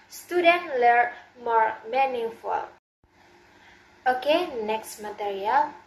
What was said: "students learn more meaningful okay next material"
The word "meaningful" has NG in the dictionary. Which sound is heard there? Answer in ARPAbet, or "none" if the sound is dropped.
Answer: none